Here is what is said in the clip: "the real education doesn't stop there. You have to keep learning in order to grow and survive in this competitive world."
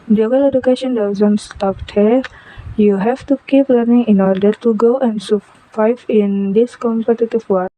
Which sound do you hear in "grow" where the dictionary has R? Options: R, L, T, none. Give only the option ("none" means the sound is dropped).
none